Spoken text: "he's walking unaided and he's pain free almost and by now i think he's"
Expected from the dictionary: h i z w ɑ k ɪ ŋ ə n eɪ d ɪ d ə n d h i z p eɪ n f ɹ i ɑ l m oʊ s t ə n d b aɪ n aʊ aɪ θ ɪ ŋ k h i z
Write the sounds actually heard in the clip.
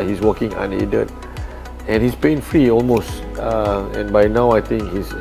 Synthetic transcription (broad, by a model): h i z w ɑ k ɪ ŋ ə n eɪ d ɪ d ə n h i s p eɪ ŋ f ɹ i ɑ l m oʊ s t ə n b aɪ n aʊ aɪ t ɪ ŋ k h i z